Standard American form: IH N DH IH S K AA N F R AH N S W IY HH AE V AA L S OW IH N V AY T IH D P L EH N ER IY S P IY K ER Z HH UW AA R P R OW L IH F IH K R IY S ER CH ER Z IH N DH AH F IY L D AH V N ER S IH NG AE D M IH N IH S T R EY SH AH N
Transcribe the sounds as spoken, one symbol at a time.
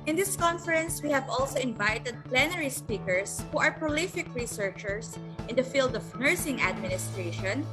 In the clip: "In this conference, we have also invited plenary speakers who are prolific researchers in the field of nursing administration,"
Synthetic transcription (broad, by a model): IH N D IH S K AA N F R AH N S W IY HH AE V AA L S OW IH N V AY T IH D P L EH N ER IY S P IY K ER S HH UW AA R P R OW L IH F IH K R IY S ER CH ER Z IH N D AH F IY L D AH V N ER S IH NG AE D M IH N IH S T R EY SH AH N